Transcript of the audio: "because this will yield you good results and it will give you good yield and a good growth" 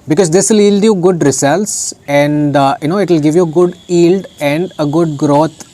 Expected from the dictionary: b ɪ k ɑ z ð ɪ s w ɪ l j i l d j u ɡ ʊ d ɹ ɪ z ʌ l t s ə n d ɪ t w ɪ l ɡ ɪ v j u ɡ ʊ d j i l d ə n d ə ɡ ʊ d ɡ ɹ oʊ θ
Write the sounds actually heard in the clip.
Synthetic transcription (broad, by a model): b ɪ k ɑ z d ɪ s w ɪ l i l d j u ɡ ʊ d ɹ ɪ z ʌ l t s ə n d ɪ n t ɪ l ɡ ɪ v j u ɡ ʊ d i l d ə n d ə ɡ ʊ d ɡ ɹ oʊ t